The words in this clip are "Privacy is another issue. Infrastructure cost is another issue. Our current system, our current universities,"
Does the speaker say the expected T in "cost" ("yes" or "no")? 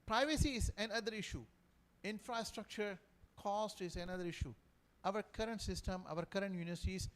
yes